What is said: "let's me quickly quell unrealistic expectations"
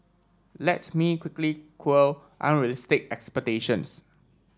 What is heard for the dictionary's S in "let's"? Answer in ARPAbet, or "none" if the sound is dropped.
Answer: none